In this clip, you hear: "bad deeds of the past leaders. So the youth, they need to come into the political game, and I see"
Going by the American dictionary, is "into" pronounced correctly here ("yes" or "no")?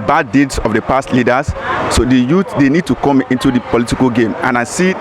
yes